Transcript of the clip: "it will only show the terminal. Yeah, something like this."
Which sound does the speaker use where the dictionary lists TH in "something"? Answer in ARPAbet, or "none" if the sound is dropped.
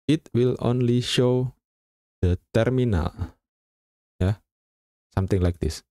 T